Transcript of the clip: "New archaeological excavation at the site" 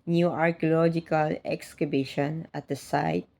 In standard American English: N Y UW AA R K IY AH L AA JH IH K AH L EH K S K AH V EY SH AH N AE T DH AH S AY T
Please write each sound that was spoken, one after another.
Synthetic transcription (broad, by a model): N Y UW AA R K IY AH L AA JH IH K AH L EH K S K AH B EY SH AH N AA T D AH S AY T